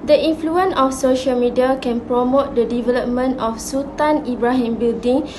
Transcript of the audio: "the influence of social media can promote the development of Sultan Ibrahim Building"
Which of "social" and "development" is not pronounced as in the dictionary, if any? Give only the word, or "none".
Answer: none